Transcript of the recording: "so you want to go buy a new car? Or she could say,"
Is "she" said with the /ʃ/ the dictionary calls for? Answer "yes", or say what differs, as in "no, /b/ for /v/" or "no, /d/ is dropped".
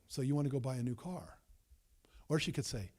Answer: yes